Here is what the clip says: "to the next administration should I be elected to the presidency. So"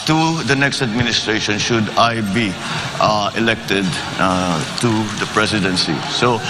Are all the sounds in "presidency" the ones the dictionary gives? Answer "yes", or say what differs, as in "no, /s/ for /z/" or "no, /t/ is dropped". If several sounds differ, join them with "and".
no, /s/ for /z/